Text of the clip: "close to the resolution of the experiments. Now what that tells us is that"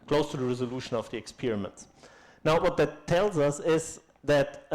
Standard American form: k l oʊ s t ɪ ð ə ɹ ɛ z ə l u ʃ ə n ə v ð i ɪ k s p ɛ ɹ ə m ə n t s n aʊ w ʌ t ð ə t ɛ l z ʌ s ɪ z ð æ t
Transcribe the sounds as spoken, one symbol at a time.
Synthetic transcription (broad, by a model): k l oʊ s t ɪ ð ə ɹ ɛ z ə l u ʃ ə n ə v ð i ɪ k s p ɛ ɹ ə m ə n t s n aʊ w ʌ t ð ə t ɛ l z ʌ s ɪ z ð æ t